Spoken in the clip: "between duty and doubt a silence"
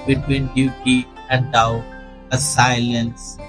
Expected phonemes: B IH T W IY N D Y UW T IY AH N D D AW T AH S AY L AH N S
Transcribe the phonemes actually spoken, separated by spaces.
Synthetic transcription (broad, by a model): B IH T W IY N D Y UW T IY AH N D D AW AH S AY L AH N S